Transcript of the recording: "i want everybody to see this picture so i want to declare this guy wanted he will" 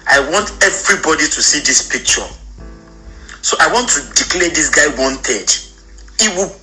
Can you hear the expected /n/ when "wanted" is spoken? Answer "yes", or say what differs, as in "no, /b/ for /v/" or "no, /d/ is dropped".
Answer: yes